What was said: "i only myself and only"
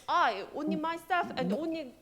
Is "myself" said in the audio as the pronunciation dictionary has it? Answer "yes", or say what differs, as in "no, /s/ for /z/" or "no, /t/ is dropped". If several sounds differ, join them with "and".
no, /l/ is dropped